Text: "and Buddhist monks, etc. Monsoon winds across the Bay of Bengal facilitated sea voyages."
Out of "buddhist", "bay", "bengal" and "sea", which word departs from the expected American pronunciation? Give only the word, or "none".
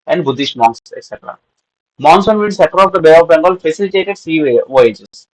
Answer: buddhist